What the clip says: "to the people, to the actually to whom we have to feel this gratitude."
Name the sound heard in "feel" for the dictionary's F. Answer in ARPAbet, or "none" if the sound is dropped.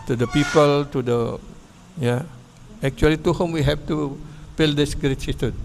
P